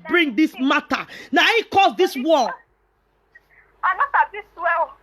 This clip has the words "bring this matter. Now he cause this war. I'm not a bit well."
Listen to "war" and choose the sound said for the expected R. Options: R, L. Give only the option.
L